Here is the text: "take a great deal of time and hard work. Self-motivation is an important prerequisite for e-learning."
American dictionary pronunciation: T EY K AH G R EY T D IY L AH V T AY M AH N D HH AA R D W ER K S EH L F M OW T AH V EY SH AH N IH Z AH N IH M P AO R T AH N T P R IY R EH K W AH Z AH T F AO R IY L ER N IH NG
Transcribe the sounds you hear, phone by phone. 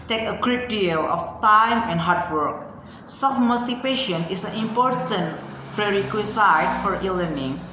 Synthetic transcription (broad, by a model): T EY K AH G R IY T D IY L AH F T AY M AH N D HH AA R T W ER K S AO F M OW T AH P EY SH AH N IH S AH N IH M P AO R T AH N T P R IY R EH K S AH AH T F AO R IY L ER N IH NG